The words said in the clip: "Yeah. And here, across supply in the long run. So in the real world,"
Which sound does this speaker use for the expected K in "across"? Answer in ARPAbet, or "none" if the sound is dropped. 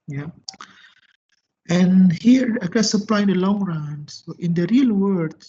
none